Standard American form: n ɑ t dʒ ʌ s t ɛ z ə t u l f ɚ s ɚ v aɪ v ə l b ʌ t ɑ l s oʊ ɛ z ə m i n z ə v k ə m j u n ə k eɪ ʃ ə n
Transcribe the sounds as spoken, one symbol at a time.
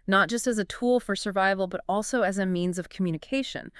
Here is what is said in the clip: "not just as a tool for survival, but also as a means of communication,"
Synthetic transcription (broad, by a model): n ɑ t dʒ ʌ s t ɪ z ə t u l f ɚ s ɚ v aɪ v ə l b ʌ t ɑ l s oʊ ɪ z ə m i n z ə v k m j u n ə k eɪ ʃ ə n